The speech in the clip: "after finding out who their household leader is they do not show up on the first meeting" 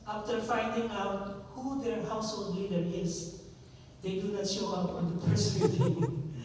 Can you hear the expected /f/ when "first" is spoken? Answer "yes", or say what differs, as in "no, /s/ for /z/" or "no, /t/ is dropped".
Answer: no, /p/ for /f/